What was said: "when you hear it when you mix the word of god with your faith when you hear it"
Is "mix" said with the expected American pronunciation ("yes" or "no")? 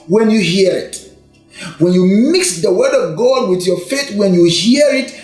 yes